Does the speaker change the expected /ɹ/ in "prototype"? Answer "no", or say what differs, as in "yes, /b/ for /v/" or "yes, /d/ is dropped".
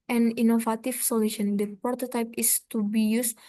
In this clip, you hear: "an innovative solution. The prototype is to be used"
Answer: yes, /ɹ/ is dropped